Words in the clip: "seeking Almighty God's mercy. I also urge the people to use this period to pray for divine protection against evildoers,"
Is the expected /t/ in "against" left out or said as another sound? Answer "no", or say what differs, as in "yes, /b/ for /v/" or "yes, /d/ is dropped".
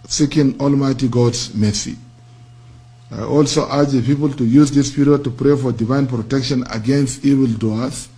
no